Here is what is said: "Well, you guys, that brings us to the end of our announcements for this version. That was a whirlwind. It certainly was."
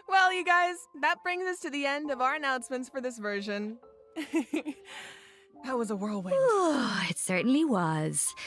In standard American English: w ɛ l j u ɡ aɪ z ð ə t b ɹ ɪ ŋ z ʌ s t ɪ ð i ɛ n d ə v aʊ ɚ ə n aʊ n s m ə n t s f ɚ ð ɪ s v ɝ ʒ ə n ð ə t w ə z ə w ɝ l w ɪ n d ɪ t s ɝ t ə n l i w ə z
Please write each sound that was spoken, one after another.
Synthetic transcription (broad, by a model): w ɛ l j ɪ ɡ aɪ z ð ə t b ɹ ɪ ŋ z ʌ s t ɪ ð i ɛ n d ə v aʊ ɚ ə n aʊ n s m ə n t s f ɚ ð ɪ s v ɝ ʒ ə n ð ə t w ə z ə w ɝ l w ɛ ɪ t s ɝ t n l i w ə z